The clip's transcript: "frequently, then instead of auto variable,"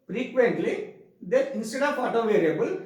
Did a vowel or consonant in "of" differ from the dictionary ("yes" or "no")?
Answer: yes